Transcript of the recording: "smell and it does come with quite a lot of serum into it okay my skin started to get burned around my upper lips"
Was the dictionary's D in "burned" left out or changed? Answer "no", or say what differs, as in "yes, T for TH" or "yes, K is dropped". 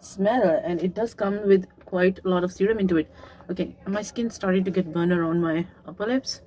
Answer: yes, D is dropped